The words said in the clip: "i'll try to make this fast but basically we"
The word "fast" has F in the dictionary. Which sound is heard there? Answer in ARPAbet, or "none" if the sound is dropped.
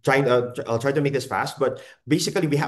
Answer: F